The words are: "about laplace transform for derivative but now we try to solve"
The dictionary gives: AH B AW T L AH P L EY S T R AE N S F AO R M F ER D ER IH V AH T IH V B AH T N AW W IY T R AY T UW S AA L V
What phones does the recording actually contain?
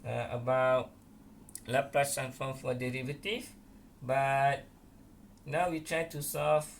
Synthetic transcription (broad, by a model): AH B AW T L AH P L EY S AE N F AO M F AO D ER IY V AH T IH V B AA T N AW W IY T R AY T UW S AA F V